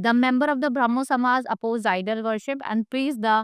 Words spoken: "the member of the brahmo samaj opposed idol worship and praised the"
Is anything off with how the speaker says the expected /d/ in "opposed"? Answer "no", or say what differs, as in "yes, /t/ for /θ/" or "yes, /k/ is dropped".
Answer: yes, /d/ is dropped